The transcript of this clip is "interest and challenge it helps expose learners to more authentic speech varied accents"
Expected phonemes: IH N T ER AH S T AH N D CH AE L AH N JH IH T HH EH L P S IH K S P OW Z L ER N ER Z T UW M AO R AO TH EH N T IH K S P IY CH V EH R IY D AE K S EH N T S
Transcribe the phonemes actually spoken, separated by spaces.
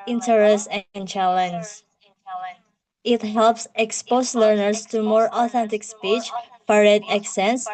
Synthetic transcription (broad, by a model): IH N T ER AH S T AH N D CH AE L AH N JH IH T HH EH L P S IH K S P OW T L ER N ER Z T UW M AO R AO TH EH N T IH K S P IY CH P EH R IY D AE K S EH N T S